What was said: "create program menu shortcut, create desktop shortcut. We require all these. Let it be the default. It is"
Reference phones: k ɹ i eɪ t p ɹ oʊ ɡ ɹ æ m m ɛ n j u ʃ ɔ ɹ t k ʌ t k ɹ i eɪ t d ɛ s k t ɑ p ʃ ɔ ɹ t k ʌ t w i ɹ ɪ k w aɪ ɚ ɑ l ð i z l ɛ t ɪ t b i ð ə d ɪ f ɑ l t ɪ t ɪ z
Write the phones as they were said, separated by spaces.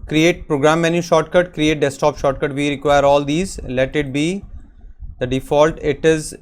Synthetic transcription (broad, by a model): k ɹ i eɪ t p ɹ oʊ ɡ ɹ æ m m ɛ n j u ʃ ɔ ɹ t k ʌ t k ɹ i eɪ t d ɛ s t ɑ p ʃ ɔ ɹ t k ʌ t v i ɹ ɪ k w aɪ ɚ ɑ l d i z l ɛ t ɪ t b i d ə d ɪ f ɑ l t ɪ t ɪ z